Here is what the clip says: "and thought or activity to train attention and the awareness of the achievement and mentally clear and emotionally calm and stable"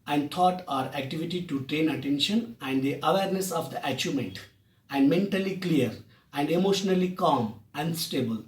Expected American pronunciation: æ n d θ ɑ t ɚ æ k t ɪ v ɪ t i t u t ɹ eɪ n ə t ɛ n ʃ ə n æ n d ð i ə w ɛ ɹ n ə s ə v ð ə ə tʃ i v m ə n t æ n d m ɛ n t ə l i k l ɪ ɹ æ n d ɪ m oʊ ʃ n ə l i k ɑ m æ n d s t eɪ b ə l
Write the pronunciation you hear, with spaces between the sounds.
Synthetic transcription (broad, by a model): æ n d t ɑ t ɚ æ k t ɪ v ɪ t i t u t ɹ eɪ n ə t ɛ n ʃ ə n æ n d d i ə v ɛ ɹ n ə s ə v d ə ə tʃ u m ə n t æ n d m ɛ n t ə l i k l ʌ ɹ æ n d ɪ m oʊ ʃ n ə l i k ɑ m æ n d s t eɪ b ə l